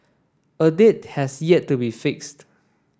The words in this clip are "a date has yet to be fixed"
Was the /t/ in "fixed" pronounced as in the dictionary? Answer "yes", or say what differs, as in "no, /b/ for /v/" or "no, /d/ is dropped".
yes